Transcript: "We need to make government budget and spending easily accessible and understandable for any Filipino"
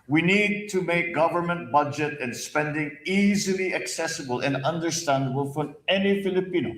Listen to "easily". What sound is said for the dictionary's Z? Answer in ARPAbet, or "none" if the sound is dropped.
Z